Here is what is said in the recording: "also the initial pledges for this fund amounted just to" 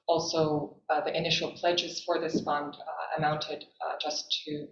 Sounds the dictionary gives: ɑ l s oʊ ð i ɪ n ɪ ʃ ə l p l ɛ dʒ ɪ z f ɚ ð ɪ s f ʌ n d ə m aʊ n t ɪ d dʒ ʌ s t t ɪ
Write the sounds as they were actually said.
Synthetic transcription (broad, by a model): ɑ l s oʊ ð i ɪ n ɪ ʃ l p l ɛ dʒ ɪ z f ɚ ð ɪ s f ʌ n d ə m aʊ n t ɪ d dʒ ʌ s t t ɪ